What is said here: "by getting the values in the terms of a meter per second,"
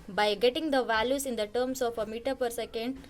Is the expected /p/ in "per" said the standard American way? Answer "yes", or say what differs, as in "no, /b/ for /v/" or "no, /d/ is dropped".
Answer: yes